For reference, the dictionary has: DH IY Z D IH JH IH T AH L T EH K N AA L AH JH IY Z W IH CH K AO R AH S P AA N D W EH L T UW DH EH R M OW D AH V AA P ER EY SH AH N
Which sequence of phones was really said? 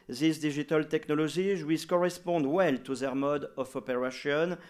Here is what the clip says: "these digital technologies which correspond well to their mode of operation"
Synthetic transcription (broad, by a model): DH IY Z D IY ZH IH T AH L T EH K N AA L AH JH IY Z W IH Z K AO R AH S P AA N D W EH L T UW DH EH R M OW D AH F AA P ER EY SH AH N